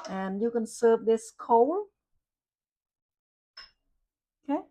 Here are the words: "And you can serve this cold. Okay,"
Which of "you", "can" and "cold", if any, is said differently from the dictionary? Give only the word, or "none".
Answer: cold